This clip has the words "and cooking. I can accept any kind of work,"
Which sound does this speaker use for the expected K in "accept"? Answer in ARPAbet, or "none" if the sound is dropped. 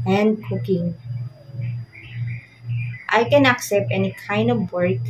K